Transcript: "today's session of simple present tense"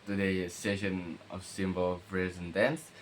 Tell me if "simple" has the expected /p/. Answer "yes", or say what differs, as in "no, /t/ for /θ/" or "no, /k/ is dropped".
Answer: no, /b/ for /p/